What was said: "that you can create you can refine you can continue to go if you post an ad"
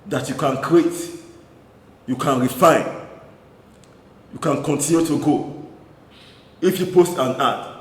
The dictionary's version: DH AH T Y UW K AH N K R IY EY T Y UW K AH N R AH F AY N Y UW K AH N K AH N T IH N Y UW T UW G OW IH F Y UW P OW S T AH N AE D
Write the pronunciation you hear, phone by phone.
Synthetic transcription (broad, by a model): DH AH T Y UW K AH N K R IY EY T Y UW K AH N R AH F AY N Y UW K AH N K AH N T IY N Y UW T UW G OW IH F Y UW P OW S T AH N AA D